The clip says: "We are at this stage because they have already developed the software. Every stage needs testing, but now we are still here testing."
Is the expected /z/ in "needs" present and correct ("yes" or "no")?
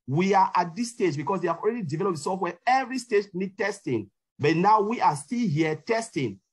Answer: no